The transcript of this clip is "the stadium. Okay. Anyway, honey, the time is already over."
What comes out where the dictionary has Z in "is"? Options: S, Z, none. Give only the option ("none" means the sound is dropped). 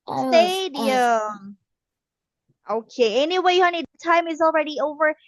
Z